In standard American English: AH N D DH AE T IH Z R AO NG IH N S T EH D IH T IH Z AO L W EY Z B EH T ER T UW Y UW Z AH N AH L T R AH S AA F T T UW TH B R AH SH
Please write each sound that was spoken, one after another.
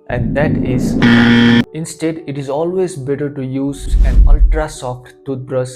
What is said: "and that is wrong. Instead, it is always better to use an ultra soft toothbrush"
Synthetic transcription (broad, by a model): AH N D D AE T IH Z IH N S T EH D IH T IH Z AO L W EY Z B EH T ER T UW Y UW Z AH N AH L T R AH S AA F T T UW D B R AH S